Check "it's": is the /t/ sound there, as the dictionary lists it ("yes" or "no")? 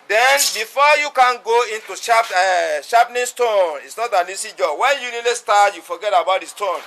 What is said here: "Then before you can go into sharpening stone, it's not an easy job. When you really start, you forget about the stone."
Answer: yes